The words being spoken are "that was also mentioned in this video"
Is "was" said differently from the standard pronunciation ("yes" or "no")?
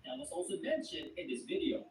yes